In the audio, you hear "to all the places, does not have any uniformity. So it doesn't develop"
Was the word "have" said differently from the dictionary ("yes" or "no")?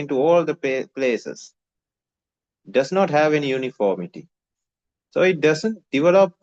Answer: no